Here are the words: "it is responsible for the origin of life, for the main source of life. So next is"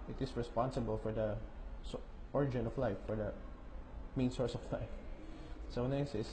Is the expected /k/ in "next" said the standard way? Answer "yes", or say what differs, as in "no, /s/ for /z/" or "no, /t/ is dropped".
no, /k/ is dropped